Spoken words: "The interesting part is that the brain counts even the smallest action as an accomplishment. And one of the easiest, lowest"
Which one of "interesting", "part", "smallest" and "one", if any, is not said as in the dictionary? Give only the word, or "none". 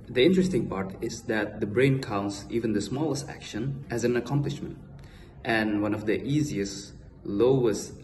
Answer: none